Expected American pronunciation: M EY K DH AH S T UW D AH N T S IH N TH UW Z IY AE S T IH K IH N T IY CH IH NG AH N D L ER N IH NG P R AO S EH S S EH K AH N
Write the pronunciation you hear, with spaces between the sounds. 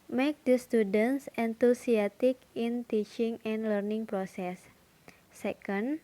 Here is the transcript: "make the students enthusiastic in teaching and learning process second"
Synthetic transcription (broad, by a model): M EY K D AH S T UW D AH N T S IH N T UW S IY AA T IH K IH N T IY CH IH NG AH N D L ER N IH NG P R AO S EH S S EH K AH N